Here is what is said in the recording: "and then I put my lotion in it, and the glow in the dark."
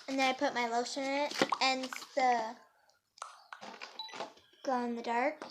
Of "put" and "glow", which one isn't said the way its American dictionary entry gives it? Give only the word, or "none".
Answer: glow